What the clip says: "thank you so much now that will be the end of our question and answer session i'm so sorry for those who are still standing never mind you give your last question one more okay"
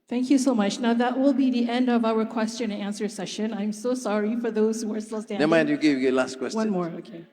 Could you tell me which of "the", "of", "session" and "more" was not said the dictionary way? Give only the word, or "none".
none